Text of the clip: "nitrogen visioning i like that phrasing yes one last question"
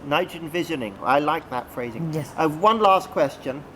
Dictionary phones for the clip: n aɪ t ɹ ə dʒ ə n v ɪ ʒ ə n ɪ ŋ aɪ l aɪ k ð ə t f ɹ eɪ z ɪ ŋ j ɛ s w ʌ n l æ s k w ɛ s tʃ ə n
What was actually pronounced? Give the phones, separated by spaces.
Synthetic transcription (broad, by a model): n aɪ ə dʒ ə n v ɪ ʒ ə n ɪ ŋ aɪ l aɪ k ð ə t f ɹ eɪ z ɪ ŋ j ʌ w ʌ n l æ s k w ɛ s tʃ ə n